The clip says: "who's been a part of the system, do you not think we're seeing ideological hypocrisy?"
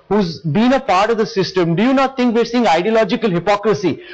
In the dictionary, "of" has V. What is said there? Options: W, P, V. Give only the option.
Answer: V